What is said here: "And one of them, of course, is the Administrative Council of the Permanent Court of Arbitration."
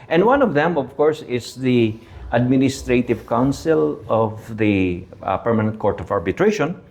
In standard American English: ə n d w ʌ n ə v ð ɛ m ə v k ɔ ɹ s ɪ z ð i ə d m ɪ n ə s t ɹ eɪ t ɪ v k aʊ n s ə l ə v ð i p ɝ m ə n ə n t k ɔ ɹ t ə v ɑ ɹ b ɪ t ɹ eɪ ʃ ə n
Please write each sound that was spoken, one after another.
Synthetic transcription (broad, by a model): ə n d w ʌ n ə v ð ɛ m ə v k ɔ ɹ s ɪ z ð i ə d m ɪ n ə s t ɹ eɪ t ɪ v k aʊ n s ə l ə v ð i p ɝ m ə n ə n t k ɔ ɹ t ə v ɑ ɹ b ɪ t ɹ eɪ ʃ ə n